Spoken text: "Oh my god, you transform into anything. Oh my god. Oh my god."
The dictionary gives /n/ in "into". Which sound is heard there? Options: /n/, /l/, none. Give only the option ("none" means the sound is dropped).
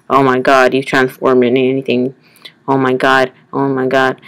none